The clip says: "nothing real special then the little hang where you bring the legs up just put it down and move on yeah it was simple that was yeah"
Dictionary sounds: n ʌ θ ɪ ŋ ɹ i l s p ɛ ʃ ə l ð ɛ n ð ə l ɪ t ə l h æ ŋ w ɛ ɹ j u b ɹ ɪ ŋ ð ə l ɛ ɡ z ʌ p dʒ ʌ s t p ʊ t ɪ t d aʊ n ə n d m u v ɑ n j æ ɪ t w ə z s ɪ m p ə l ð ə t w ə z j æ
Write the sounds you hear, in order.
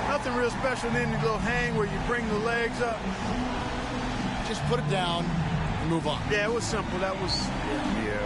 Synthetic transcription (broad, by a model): n ʌ θ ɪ ŋ ɹ i l s p ɛ ʃ l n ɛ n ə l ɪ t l h æ ŋ w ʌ ɹ j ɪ b ɹ ɪ ŋ ð ə l ɛ ɡ z ʌ p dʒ ʌ s p ʊ t ɪ t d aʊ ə n m u v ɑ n j æ ɪ t w ə z s ɪ m p l ð ə t w ə z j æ